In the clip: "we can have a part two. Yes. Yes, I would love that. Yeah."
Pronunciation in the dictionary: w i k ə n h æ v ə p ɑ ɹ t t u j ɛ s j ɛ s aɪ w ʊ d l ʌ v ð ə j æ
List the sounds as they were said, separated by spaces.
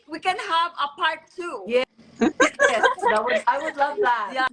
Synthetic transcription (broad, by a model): w i k ə n h æ v ə p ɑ ɹ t t u j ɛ j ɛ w aɪ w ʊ d l ʌ v ð ə j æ